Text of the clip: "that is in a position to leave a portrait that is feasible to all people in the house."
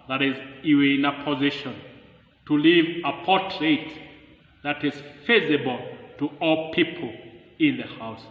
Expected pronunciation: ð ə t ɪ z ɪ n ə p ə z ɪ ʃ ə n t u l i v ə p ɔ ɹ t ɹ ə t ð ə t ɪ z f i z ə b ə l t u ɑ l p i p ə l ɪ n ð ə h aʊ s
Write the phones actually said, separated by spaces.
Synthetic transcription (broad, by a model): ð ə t ɪ z ɪ n ə p ə z ɪ ʃ ə n t u l i v ə p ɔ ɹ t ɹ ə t ð ə t ɪ z f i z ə b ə l t u ɑ l p i p ə l ɪ n ð ə h aʊ s